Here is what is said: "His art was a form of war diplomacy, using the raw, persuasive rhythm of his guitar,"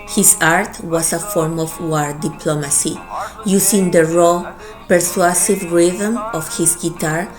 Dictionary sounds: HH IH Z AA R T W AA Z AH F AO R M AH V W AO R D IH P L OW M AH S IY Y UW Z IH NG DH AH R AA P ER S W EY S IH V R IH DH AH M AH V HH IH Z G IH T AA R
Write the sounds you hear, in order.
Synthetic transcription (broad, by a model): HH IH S AA R T W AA S AH F AO R M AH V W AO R D IH P L OW M AH S IY Y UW S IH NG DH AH R AA P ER S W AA S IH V R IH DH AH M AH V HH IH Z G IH T AA R